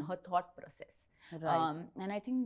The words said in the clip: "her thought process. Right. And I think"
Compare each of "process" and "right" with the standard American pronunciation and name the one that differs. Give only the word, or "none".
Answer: right